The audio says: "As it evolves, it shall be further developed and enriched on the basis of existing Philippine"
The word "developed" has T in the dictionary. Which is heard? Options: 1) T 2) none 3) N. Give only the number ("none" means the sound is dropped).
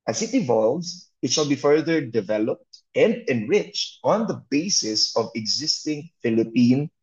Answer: 1